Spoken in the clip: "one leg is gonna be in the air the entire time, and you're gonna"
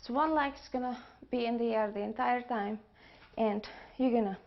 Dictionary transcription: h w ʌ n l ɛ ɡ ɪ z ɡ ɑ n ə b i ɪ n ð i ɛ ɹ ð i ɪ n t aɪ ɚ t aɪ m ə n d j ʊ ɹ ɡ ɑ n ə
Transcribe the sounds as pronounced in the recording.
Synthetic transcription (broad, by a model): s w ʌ n l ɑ ɪ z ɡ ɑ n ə b i ɪ n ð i ɛ ɹ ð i ɪ n t aɪ ɚ t aɪ m ə n d j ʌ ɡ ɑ n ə